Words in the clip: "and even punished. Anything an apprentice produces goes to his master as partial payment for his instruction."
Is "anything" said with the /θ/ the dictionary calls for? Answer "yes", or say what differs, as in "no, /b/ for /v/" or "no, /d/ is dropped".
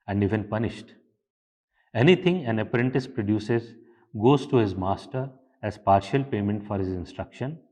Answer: no, /t/ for /θ/